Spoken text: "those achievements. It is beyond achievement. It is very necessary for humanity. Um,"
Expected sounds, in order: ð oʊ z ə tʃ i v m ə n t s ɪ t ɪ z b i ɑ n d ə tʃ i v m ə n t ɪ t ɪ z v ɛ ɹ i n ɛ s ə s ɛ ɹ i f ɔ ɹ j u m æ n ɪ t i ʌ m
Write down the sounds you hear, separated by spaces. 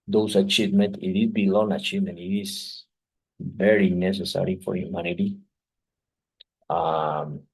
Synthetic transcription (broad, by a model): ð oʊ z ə tʃ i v m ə n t ɪ t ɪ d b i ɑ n ə tʃ i v m ə n t ɪ t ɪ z v ɛ ɹ i n ɛ s ə s ɛ ɹ i f ɔ ɹ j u m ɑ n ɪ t i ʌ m